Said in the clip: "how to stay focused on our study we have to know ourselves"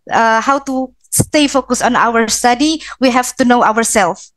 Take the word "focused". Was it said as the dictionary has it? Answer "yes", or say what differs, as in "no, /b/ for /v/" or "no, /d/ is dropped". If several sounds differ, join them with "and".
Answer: no, /t/ is dropped